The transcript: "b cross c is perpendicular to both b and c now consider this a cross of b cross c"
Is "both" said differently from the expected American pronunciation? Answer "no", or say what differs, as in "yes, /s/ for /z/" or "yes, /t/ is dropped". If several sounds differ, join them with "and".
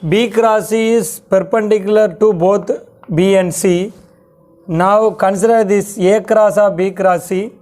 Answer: yes, /t/ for /θ/